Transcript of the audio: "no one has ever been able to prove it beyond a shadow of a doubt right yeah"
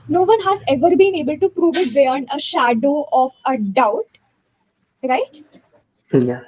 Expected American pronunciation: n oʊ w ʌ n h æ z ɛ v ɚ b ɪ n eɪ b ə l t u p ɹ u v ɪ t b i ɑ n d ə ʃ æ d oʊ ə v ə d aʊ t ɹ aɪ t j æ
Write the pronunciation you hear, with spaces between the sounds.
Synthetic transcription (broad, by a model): n oʊ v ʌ n h æ z ɛ v ɚ b ɪ n eɪ b ə l t u p ɹ u v ɪ t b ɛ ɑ n ə ʃ æ d oʊ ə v ə d aʊ t ɹ aɪ t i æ